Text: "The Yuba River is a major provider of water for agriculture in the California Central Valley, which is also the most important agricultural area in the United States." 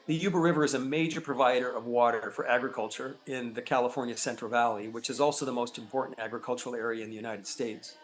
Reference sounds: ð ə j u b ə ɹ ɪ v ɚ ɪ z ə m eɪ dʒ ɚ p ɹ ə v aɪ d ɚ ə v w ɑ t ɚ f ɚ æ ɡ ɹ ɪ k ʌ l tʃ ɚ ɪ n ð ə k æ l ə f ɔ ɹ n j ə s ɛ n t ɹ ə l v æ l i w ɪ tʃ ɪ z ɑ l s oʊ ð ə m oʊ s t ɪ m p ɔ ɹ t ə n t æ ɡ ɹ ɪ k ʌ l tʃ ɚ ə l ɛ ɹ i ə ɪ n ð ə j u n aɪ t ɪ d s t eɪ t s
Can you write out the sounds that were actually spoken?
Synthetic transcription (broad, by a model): ð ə j u b ə ɹ ɪ v ɚ ɪ z ə m eɪ dʒ ɚ p ɹ ə v aɪ d ɚ ə v w ɑ t ɚ f ɚ æ ɡ ɹ ɪ k ʌ l tʃ ɚ ɪ n ð ə k æ l ə f ɔ ɹ n j ə s ɛ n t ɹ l v æ l i w ɪ tʃ ɪ z ɑ l s oʊ ð ə m oʊ s t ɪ m p ɔ ɹ t n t æ ɡ ɹ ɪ k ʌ l tʃ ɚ l ɛ ɹ i ə ɪ n ð ə j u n aɪ t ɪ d s t eɪ t s